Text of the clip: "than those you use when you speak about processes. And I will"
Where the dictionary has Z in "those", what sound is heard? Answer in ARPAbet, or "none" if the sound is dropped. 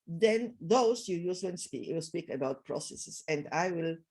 S